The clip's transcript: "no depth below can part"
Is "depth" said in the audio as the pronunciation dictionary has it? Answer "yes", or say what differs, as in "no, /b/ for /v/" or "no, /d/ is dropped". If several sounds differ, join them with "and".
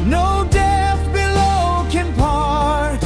no, /p/ is dropped